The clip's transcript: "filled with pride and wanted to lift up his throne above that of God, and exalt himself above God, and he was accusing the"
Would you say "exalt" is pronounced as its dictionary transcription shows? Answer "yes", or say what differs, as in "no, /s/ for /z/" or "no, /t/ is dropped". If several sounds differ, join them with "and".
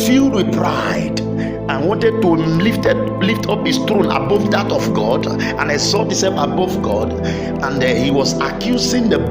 no, /l/ is dropped